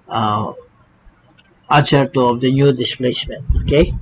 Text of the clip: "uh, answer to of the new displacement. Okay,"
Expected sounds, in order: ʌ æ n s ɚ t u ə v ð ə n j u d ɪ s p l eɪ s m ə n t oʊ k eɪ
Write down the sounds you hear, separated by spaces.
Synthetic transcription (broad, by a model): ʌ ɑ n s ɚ t u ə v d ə n j u d ɪ s p l eɪ s m ə n t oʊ k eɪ